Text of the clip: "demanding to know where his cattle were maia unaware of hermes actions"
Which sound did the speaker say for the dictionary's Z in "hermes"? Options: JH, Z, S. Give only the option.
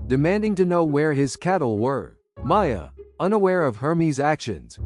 Z